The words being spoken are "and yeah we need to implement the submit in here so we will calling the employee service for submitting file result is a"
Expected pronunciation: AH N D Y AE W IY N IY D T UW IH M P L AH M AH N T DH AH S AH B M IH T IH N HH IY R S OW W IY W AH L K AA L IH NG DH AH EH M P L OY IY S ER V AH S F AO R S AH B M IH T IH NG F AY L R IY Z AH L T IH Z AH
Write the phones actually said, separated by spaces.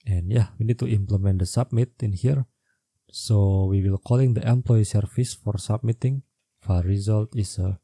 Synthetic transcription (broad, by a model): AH N Y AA W IY N IY D T UW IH M P L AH M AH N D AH S AH B M IH T IH N HH IY R S OW W IY W AH L K AA L IH NG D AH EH M P L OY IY S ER F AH S F AO R S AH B M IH T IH NG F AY R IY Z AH L T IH S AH